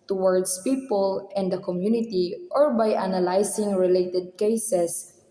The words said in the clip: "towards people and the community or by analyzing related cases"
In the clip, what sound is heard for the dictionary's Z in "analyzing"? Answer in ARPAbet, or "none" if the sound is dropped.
S